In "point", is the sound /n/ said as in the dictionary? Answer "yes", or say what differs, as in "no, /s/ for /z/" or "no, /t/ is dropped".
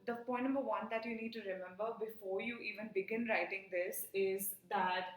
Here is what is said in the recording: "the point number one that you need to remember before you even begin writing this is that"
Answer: no, /n/ is dropped